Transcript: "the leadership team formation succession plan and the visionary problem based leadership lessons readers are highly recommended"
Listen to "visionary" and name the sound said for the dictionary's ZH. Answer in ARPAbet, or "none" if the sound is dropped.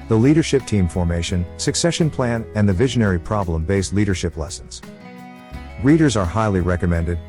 ZH